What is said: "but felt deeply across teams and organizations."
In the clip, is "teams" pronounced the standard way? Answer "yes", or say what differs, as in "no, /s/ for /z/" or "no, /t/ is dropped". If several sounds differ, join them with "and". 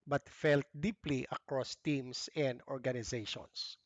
no, /s/ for /z/